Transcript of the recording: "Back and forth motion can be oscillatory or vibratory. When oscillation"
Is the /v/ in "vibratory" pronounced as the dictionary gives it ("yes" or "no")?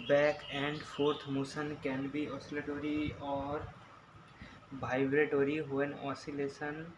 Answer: no